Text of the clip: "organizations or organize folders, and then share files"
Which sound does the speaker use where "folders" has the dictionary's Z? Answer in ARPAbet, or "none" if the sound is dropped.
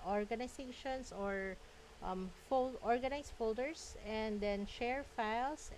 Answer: S